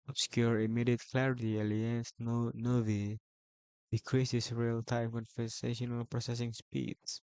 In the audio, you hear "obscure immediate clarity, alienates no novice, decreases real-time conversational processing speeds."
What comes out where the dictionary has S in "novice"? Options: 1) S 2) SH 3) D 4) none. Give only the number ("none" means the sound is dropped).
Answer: 4